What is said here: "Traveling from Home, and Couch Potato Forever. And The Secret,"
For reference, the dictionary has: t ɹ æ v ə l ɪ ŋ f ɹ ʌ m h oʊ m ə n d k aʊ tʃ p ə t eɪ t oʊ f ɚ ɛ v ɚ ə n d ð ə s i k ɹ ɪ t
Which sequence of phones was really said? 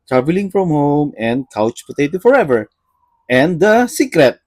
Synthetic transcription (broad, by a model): t ɹ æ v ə l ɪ ŋ f ɹ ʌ m h oʊ m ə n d k aʊ tʃ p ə t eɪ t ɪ f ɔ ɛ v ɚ ə n d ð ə s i k ɹ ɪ t